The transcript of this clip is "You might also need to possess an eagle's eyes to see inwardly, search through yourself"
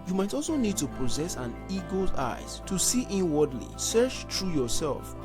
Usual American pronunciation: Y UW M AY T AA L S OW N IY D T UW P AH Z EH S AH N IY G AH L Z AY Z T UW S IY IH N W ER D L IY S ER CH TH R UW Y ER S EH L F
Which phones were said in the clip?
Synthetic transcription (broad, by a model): Y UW M AY T AA L S OW N IY D T UW P AH Z EH S AH N IY G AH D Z AY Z T UW S IY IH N W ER D L IY S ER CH T R UW Y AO S EH L F